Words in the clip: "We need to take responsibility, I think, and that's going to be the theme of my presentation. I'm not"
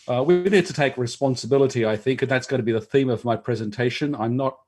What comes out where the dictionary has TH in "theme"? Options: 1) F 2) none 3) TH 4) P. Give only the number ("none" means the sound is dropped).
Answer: 3